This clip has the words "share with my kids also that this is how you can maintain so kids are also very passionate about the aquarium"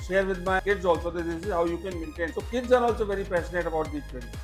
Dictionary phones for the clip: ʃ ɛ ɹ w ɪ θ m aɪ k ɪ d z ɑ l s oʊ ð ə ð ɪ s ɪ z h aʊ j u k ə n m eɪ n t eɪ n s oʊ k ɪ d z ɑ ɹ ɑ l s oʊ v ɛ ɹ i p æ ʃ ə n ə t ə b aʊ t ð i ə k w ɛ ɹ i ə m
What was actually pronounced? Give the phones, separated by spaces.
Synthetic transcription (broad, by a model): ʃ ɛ ɹ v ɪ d m aɪ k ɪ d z ɑ l s oʊ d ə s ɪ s ɪ z h aʊ j u k ə n m eɪ n t eɪ n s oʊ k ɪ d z ɑ ɹ ɑ l s oʊ v ɛ ɹ i p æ s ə n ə t ə b aʊ t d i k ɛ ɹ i